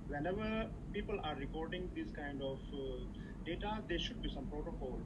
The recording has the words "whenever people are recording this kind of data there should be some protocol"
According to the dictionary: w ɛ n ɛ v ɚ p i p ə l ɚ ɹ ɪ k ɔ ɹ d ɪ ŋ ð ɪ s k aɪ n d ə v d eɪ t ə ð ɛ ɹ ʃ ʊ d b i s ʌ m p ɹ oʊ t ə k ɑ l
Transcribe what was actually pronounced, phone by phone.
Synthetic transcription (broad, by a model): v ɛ n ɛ v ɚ p i p ə l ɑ ɹ ɪ k ɔ ɹ d ɪ ŋ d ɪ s k aɪ n d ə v d eɪ t ə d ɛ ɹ ʃ ʊ d b i s ʌ m p ɹ oʊ t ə k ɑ l